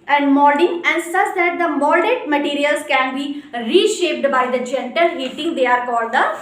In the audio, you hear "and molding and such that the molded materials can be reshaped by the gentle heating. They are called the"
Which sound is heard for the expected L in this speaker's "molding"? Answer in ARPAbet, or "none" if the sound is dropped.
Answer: none